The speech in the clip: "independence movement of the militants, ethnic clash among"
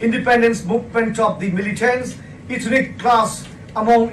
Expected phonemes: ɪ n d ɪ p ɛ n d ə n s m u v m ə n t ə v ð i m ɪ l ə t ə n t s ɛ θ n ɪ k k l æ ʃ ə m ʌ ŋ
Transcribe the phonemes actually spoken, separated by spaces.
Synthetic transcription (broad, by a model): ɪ n d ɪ p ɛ n d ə n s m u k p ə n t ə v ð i m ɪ l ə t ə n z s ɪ t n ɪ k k l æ s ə m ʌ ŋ